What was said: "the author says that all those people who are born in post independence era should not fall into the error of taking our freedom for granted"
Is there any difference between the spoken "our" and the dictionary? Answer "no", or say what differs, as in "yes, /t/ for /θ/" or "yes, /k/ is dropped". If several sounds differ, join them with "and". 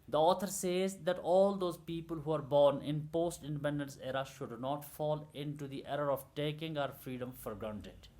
no